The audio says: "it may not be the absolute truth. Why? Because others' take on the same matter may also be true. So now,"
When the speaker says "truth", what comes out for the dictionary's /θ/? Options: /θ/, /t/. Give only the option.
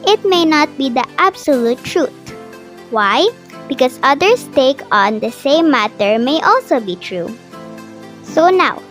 /t/